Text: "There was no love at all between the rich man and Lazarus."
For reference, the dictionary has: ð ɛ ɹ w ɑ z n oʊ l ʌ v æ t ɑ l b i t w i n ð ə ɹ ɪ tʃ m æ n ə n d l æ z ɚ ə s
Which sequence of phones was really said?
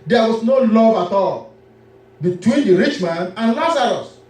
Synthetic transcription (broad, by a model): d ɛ w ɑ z n oʊ l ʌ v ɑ t ɑ l b i t w i n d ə ɹ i tʃ m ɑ n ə n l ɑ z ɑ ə s